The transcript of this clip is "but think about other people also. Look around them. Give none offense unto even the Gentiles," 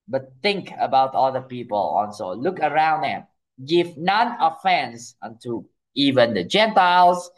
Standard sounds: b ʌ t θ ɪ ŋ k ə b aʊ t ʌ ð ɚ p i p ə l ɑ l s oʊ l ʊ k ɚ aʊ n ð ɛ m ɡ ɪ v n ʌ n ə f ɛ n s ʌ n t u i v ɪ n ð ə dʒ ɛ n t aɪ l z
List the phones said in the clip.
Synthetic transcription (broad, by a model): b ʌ t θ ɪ ŋ k ə b aʊ t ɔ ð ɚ p i p ə l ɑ n s oʊ l ʊ k ɚ aʊ n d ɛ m ɡ ɪ v n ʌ n ə f ɛ n s ʌ n t u i v ɪ n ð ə dʒ ɛ n t aɪ l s